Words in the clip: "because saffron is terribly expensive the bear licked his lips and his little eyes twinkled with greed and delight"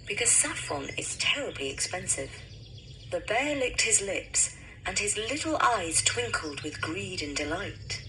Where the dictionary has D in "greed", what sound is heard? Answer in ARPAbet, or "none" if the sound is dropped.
D